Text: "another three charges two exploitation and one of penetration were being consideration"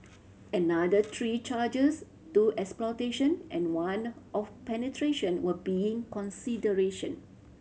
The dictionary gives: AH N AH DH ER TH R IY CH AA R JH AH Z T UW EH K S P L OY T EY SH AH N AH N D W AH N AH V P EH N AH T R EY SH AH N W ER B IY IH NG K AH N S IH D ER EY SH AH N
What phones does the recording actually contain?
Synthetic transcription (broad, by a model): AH N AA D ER T R IY CH AA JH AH S T UW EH K S P L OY T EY SH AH N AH N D W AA N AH F P EH N AH T R EY SH AH N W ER B IY IH NG K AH N S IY D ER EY SH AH N